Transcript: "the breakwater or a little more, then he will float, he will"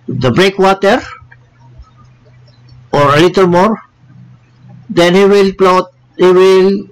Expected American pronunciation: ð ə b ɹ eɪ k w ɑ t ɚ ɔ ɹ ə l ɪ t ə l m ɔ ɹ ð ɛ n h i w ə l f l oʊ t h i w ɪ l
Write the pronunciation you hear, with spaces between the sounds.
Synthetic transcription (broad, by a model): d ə b ɹ eɪ k w ɑ t ɚ ɔ ɹ ə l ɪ t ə l m ɔ ɹ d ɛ n h i w ə l p l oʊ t h i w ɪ l